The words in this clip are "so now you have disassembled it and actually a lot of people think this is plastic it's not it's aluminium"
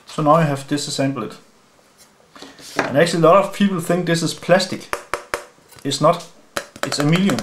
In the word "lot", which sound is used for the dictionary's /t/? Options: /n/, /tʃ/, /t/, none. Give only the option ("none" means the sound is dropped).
/t/